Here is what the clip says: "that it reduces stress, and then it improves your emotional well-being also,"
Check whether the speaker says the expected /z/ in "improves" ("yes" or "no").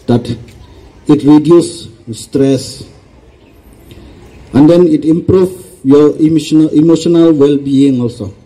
no